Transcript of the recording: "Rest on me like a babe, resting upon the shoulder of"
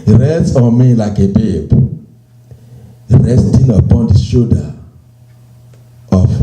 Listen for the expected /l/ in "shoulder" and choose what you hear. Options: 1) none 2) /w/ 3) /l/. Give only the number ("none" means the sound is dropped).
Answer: 1